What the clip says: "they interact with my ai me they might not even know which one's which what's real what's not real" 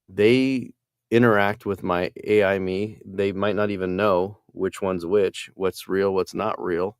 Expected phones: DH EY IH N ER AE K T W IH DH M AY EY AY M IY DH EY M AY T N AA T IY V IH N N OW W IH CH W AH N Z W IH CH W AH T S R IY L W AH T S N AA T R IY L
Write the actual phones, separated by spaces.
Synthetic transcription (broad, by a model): DH EY IH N ER AE K T W IH DH M AY EY AY M IY DH EY M AY T N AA T IY V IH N N OW W IH CH W AH N Z W IH CH W AH T S R IY L W AH T S N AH T R IY L